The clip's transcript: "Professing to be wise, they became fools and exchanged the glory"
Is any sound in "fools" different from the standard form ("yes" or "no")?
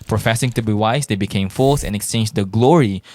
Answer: yes